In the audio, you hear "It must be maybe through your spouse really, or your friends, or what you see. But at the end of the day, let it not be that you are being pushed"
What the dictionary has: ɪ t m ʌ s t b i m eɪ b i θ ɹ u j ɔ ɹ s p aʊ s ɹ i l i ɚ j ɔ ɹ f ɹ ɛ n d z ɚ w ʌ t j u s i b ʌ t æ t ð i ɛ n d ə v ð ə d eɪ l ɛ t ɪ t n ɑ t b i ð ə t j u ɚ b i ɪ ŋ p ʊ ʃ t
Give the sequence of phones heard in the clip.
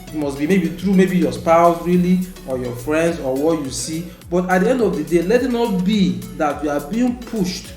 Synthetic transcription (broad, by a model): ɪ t m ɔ s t b i m eɪ b i t ɹ u j ɔ s p aʊ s ɹ i l i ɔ j ɔ f ɹ ɛ n d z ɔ w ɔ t j u s i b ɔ t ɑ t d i ɛ n d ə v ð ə d eɪ l ɛ t ɪ t n ɑ t b i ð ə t j u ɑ b i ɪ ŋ p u ʃ t